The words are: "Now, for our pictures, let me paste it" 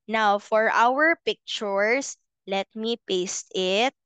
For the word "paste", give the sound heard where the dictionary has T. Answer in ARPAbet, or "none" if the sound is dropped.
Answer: T